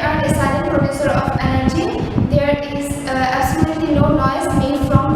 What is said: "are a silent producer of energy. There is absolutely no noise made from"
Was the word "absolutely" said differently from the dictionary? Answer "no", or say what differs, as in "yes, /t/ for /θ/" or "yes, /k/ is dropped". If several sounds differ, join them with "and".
yes, /b/ is dropped